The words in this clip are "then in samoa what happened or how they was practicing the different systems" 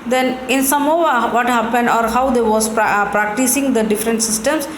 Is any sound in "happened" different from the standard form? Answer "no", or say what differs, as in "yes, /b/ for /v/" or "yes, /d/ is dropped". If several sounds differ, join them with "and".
no